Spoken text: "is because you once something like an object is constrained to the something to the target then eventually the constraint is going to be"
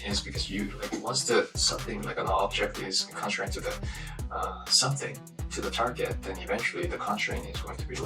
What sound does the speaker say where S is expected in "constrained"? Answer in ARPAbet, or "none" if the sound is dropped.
none